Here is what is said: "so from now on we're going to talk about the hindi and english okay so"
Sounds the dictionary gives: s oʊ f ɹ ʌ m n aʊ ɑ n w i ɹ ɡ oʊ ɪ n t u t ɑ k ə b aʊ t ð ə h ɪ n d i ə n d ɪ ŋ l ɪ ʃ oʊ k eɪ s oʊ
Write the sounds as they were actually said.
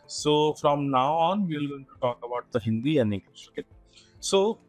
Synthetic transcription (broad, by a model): s oʊ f ɹ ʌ m n aʊ ɑ n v i l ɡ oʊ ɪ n t u t ɑ k ə b aʊ t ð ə h ɪ n d i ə n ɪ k oʊ k eɪ s oʊ